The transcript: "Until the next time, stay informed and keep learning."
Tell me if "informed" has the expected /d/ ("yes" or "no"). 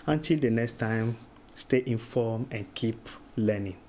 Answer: no